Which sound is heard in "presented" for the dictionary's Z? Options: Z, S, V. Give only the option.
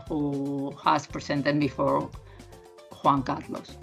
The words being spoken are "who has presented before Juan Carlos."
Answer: S